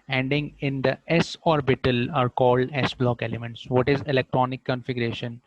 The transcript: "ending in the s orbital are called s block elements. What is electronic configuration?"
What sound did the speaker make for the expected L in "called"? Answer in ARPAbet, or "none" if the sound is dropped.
L